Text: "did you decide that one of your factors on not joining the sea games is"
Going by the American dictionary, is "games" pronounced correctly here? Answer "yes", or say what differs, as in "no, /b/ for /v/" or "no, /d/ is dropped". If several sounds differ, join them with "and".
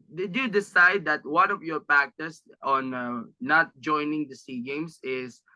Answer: no, /s/ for /z/